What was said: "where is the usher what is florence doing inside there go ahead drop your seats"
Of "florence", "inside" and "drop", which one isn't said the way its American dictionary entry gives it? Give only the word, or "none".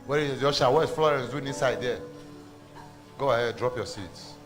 none